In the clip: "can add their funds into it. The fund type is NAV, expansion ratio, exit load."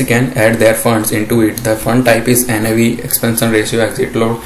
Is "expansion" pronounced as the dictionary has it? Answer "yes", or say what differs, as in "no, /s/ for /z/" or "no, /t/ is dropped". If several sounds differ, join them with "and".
no, /s/ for /ʃ/